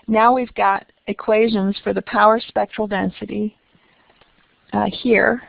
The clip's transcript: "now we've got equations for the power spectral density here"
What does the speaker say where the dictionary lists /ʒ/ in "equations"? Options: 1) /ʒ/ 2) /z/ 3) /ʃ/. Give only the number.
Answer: 1